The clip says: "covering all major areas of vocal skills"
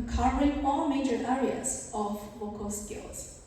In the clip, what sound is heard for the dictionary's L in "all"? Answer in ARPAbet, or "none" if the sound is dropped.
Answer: L